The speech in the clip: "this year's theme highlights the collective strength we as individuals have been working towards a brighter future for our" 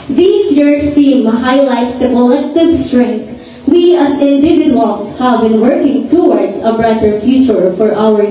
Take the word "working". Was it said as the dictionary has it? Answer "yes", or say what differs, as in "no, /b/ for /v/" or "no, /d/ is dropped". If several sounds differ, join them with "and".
yes